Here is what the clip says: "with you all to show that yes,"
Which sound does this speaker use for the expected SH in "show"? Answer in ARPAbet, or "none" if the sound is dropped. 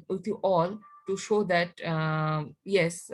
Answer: SH